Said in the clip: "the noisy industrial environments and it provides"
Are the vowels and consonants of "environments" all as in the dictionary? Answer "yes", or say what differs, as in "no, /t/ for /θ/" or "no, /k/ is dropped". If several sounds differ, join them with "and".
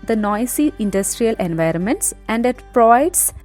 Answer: yes